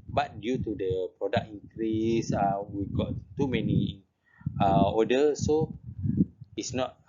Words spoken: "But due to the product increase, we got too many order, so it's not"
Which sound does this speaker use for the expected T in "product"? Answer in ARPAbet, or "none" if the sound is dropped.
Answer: none